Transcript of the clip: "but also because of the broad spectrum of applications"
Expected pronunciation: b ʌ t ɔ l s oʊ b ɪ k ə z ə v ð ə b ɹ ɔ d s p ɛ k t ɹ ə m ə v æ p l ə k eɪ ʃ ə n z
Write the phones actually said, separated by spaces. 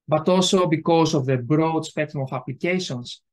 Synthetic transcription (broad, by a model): b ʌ t ɔ l s oʊ b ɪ k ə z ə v ð ə b ɹ ɔ d s p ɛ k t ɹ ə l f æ p l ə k eɪ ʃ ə n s